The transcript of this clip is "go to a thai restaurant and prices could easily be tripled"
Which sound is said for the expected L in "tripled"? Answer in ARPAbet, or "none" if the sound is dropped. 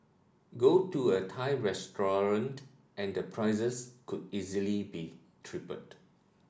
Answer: none